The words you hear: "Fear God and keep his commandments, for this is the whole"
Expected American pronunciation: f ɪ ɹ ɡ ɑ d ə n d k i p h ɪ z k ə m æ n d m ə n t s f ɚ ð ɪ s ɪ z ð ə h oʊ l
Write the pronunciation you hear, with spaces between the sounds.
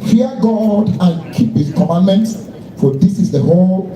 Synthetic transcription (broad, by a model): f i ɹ ɡ ɑ d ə n k i p h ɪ s k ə m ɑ n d m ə n t s f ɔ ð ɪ s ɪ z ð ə h oʊ l